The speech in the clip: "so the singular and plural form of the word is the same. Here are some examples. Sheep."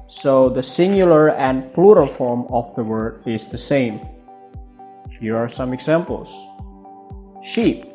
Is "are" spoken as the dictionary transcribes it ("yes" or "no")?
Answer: yes